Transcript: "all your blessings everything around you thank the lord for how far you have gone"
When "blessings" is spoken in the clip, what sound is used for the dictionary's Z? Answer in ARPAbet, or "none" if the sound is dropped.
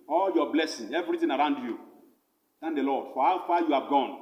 none